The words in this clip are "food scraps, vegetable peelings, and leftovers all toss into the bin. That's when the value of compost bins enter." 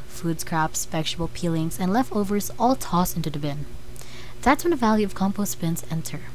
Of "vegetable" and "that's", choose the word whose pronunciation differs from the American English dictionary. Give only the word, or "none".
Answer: vegetable